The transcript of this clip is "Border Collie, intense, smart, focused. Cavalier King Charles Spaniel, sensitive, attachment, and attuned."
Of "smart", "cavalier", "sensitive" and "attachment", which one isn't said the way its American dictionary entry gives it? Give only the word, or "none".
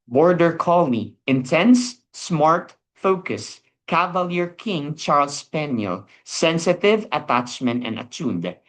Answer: none